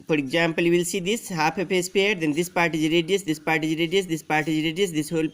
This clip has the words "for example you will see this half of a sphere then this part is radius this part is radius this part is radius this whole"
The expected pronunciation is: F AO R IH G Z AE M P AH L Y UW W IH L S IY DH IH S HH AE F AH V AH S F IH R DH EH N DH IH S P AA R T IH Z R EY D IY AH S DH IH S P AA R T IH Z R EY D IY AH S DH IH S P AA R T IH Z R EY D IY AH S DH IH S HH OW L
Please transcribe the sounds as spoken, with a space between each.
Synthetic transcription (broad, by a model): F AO R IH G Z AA M P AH L Y UW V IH L S IY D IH S HH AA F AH P AH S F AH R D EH N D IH S P AA R T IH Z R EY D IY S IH S P AA R T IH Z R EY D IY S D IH S P AA R T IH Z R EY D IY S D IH S HH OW L